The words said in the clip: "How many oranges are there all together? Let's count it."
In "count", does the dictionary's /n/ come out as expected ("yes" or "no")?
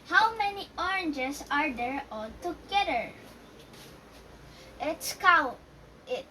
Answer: no